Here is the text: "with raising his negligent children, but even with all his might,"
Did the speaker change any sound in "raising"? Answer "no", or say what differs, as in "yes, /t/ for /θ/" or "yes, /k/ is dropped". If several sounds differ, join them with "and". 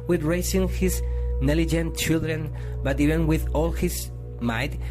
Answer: yes, /s/ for /z/